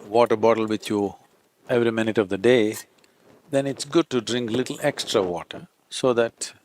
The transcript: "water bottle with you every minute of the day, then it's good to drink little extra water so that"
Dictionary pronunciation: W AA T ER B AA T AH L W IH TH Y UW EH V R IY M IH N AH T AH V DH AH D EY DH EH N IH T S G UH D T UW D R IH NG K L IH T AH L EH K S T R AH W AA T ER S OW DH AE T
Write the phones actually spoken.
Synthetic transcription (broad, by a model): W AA T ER B AA T AH L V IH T Y UW EH V R IY M IH N AH T AH V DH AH D EY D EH N IH T S G UH D T UW D R IH NG K L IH T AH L EH K S T R AH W AA T ER S OW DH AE T